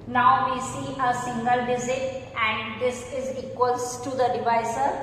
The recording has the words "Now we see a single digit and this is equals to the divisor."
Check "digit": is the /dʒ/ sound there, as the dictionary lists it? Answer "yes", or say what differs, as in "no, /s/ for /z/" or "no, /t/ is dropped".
no, /z/ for /dʒ/